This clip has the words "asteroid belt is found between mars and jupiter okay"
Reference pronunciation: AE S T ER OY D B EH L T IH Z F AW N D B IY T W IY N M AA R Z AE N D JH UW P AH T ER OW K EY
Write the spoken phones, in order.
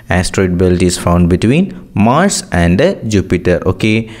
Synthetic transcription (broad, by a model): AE S T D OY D B EH L T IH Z F AW N D B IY T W IY N M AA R S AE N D JH UW P AH T ER OW K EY